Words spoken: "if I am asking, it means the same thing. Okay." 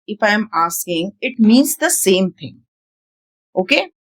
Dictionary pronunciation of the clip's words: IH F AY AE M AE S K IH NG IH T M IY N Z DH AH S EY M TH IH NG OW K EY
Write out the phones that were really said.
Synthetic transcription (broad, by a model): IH F AY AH M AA S K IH NG IH T M IY N Z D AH S EY M T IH NG OW K EY